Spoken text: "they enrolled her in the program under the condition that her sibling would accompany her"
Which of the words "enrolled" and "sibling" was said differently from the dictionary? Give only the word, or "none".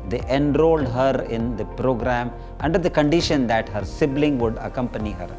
none